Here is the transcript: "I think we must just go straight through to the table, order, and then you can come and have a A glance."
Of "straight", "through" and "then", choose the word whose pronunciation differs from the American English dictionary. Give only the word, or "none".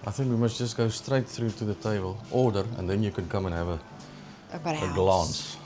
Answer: none